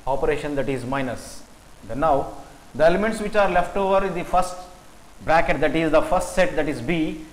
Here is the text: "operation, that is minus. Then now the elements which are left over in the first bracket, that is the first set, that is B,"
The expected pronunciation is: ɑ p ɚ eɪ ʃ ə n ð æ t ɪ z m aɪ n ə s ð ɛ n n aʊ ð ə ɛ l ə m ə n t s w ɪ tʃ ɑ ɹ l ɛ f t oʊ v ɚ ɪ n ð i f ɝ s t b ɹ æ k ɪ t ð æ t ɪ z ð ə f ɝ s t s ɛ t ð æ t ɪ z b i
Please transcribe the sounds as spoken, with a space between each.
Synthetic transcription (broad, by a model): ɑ p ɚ eɪ ʃ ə n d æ t ɪ z m aɪ n ə s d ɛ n n aʊ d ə ɛ l ə m ə n t s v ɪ tʃ ɑ ɹ l ɛ f t oʊ v ɚ ɪ n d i f ɝ s t b ɹ æ k ɪ t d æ t ɪ z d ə f ɝ s t s ɛ t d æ t ɪ z b i